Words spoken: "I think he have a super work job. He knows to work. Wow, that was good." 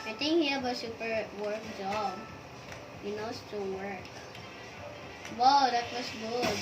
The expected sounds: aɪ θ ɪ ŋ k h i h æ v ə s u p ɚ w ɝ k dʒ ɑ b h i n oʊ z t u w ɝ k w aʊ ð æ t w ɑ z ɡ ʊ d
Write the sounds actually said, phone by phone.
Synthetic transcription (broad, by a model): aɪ t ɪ ŋ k h i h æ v ə s u p ɚ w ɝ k dʒ ɑ b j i n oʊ s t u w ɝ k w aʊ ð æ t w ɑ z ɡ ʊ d